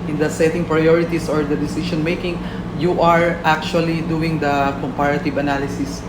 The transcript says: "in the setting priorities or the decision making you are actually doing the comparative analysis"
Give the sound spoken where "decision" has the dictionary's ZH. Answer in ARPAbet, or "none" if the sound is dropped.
SH